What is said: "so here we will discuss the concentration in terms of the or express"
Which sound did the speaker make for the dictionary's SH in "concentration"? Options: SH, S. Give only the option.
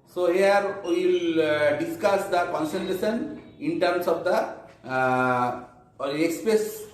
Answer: S